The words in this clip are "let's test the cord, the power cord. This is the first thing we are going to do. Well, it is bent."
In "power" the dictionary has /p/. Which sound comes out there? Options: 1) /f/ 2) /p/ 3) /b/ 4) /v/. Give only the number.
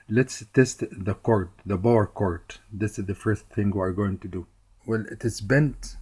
3